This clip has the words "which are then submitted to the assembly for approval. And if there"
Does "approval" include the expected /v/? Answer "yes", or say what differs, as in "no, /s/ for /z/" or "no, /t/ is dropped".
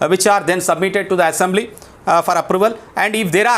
yes